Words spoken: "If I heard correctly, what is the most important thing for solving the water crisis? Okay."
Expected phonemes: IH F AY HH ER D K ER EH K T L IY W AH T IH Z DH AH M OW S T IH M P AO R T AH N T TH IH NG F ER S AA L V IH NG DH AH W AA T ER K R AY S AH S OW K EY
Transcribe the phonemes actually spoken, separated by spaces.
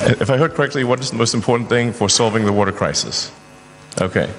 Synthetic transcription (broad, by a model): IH F AY HH ER D K ER EH K T L IY W AH T IH Z DH AH M OW S T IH M P AO R T N TH IH NG F ER S AA L V IH NG DH AH W AA T ER K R AY S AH S OW K EY